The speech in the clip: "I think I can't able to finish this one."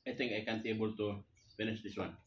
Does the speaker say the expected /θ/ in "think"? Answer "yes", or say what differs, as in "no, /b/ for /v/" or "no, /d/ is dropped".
no, /t/ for /θ/